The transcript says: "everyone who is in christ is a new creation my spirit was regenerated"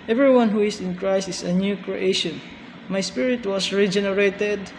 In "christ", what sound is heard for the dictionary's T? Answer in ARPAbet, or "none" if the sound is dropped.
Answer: none